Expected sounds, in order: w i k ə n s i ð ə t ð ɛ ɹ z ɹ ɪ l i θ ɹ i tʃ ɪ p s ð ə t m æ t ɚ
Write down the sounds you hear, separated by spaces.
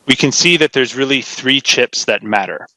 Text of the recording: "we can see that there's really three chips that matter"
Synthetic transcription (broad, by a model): w i k ə n s i ð ə t ð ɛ ɹ z ɹ ɪ l i θ ɹ i tʃ ɪ p s ð ə t m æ t ɚ